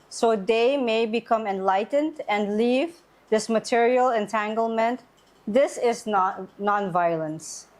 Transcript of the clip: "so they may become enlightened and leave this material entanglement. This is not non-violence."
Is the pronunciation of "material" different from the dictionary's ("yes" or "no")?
no